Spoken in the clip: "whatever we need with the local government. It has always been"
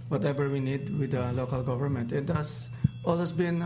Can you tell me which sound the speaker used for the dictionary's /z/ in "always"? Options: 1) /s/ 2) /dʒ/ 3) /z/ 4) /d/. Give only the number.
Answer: 1